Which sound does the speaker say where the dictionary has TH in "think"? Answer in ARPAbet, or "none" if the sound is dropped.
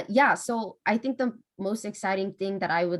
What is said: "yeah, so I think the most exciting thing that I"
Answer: TH